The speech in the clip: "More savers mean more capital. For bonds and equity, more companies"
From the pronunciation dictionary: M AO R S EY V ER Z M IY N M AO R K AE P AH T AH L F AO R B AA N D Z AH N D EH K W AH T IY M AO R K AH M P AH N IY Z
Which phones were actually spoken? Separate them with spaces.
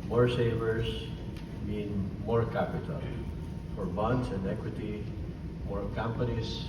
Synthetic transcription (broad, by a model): M AO R S EY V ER S M IY N M AO R K AE P AH T AH L F AO R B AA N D S AH N D EH K W AH T IY M AO R K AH M P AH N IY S